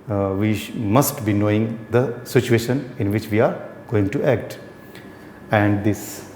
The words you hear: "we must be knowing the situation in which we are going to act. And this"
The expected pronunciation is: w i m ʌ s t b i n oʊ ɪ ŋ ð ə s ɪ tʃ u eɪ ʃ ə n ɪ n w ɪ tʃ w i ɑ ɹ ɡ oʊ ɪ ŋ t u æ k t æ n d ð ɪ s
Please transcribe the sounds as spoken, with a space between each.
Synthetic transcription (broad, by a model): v i m ʌ s t b i n oʊ ɪ ŋ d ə s ɪ tʃ u eɪ ʃ ə n ɪ n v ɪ tʃ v i ɑ ɹ ɡ oʊ ɪ ŋ t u æ k t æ n d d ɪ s